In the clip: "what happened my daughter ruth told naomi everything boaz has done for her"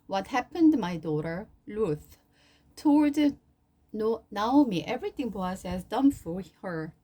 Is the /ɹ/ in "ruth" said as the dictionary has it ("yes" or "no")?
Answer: no